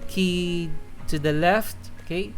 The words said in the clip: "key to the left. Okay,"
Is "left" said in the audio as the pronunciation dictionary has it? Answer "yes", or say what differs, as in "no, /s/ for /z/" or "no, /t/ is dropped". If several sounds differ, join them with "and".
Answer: yes